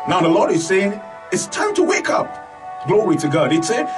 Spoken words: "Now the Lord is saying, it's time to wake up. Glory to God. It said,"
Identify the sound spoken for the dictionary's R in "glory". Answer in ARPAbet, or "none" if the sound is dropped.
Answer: R